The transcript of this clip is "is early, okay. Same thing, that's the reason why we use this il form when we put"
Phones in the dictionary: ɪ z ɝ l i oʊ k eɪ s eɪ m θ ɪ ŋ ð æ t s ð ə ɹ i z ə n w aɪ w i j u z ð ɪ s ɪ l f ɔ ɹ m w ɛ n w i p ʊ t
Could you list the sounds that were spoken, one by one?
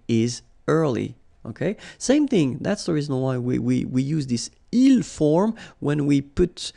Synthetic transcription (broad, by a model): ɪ z ɝ l i oʊ k eɪ s eɪ m θ ɪ ŋ ð æ t s ð ə ɹ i z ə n w aɪ w i j u z ð ɪ s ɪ l f ɔ ɹ m w ɛ n w i p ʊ t